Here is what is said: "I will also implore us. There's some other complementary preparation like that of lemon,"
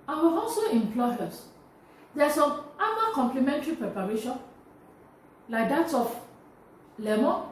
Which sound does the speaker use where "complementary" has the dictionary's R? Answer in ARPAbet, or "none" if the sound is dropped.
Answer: R